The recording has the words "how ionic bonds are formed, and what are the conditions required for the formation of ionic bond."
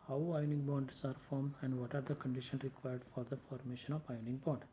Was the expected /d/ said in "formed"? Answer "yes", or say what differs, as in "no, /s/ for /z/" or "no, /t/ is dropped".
no, /d/ is dropped